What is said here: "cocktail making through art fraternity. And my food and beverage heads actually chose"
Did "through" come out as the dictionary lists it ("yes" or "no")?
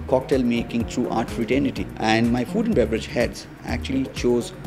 no